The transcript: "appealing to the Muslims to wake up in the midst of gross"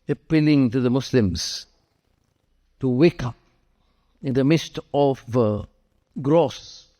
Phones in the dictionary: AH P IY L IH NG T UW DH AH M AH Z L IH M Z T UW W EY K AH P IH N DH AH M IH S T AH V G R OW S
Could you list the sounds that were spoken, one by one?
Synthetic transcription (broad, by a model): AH P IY L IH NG T UW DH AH M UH S L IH M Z T UW W EY K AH P IH N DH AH M IH S T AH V G R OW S